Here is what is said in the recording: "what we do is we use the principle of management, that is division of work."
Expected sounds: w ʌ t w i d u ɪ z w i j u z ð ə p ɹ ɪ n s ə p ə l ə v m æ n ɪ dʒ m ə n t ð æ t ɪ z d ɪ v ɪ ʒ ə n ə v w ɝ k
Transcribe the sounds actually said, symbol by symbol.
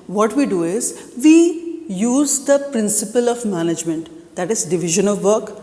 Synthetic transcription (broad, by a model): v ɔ t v i d u ɪ z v i j u z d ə p ɹ ɪ n s ə p ə l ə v m æ n ɪ dʒ m ə n t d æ t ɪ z d ɪ v ɪ ʒ ə n ə v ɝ k